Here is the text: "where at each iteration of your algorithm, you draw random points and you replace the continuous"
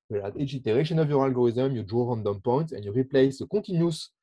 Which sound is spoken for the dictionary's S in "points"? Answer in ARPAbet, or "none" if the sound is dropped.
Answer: none